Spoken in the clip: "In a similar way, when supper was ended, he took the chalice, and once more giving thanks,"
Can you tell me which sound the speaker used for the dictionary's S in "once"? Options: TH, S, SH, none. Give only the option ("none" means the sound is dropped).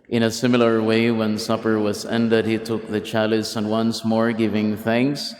S